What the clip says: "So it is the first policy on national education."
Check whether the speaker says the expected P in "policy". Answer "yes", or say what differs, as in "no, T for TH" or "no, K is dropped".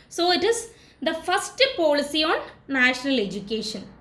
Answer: yes